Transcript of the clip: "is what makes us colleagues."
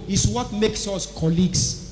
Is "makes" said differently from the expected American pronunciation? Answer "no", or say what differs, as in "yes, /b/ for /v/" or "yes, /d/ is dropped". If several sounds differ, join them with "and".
no